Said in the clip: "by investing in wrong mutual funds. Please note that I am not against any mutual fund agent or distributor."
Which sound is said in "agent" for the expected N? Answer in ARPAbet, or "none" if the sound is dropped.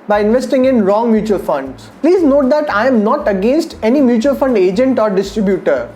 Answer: N